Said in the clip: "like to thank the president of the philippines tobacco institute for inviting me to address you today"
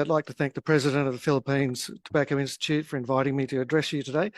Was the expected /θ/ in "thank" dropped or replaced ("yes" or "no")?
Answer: no